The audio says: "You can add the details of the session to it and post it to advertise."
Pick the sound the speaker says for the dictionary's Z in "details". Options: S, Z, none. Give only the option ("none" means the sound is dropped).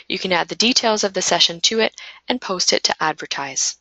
Z